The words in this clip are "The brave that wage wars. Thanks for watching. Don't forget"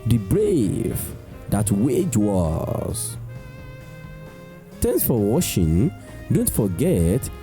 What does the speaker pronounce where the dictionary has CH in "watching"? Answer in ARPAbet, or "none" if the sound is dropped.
SH